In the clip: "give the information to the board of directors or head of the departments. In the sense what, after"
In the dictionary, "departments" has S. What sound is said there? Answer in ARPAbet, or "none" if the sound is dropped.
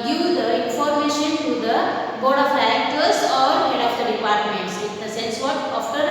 S